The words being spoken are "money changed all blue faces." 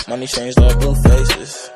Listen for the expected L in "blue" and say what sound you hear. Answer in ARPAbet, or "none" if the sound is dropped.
none